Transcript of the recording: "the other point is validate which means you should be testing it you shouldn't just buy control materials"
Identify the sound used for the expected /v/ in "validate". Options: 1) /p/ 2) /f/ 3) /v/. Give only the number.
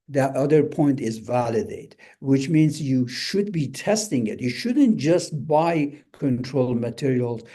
3